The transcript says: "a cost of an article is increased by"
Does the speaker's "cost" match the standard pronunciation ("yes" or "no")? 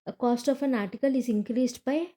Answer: yes